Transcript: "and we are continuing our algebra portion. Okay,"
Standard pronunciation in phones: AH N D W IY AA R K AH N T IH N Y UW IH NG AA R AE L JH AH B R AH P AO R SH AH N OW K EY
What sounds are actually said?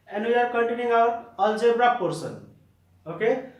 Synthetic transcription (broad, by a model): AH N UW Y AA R K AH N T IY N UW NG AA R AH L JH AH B R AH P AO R S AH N OW K EY